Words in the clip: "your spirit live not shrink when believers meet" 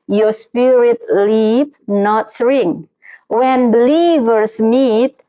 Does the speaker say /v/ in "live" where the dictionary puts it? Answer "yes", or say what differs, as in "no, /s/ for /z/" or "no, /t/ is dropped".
no, /p/ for /v/